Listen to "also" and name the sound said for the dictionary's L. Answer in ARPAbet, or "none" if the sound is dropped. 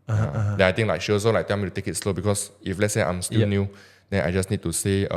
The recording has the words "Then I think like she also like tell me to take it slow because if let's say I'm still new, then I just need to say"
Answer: none